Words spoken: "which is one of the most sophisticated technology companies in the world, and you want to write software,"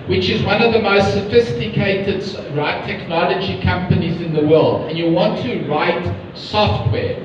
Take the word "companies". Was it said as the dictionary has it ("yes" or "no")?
yes